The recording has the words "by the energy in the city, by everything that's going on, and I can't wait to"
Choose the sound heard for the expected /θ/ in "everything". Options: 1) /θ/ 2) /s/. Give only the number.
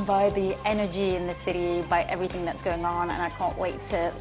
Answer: 1